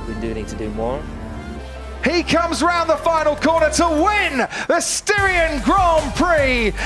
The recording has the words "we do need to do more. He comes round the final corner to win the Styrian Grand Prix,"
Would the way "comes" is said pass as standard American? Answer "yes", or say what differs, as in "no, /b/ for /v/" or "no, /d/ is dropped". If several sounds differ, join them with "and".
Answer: yes